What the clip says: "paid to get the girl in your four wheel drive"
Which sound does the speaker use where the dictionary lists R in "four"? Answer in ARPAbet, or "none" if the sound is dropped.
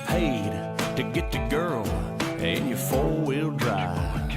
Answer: L